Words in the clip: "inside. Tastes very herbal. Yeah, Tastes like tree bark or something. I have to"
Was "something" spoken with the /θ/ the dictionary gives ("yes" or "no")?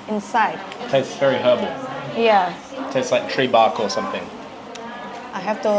yes